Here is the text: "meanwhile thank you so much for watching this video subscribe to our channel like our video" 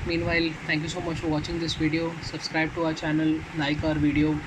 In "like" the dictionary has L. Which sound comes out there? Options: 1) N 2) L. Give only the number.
1